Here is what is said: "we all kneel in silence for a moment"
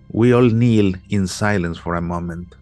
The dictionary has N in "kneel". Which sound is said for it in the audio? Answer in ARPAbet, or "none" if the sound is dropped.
N